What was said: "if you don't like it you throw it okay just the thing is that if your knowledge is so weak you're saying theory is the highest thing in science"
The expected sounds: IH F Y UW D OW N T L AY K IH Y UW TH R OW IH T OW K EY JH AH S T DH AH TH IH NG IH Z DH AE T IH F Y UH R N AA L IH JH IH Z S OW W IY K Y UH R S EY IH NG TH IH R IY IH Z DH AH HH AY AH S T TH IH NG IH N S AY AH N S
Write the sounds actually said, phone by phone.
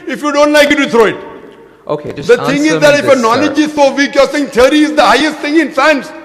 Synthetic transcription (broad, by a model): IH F Y UW D OW N T L AY K IH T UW T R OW IH T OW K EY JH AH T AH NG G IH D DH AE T IH F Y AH N AA L IH JH IH Z S OW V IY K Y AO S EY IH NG T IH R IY IH Z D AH HH AY AH S T T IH NG IH N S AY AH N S